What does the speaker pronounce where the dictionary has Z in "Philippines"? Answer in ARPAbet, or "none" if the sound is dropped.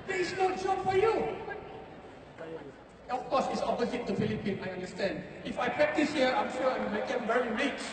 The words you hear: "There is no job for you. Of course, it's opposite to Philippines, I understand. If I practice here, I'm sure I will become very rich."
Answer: none